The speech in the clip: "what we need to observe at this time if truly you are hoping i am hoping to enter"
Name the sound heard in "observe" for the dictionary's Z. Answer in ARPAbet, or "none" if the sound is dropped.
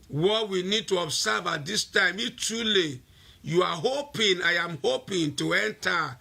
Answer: S